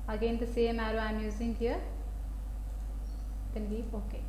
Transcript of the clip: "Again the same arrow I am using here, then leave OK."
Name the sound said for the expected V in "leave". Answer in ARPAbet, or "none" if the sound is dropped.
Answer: none